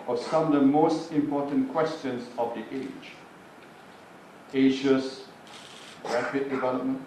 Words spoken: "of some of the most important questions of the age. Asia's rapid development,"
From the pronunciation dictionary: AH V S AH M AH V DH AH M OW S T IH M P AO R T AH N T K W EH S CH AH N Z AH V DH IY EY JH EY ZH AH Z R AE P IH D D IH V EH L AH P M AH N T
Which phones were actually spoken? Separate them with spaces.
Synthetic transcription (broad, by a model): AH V S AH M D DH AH M OW S T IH M P AO T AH N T K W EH S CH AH N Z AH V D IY EY JH EY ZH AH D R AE F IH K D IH V EH L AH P M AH N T